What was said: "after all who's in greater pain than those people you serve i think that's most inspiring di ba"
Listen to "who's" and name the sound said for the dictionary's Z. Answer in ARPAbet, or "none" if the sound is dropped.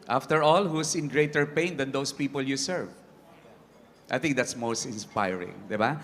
S